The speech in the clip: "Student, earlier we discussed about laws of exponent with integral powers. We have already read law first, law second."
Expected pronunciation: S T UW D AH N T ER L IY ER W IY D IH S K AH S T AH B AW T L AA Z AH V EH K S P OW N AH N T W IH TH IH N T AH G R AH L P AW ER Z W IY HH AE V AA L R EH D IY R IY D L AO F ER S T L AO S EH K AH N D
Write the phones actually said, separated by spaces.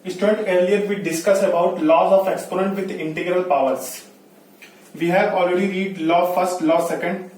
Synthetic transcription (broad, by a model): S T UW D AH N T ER L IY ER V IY D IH S K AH S AH B AW T L AA Z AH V EH K S P OW N AH N T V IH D IH N T AH G R AH L P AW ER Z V IY HH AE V AA L R EH D IY R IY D L AO F ER S T L AO S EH K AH N D